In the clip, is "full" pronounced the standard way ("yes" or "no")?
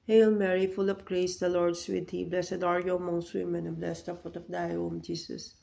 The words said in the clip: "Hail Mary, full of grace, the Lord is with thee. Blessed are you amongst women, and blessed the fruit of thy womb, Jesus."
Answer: yes